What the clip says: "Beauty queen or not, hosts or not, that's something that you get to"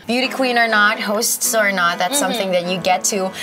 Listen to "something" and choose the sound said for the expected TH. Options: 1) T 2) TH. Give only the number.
2